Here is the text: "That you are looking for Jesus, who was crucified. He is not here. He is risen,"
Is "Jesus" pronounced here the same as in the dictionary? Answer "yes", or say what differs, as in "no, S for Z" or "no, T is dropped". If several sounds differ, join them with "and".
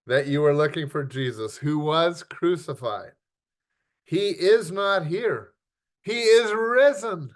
yes